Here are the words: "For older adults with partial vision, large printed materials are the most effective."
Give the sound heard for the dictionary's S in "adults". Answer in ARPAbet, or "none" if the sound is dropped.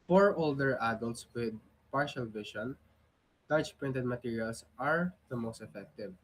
S